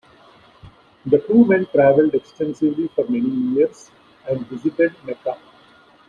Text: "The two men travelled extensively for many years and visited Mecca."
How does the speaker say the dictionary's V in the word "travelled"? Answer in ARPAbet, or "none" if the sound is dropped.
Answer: V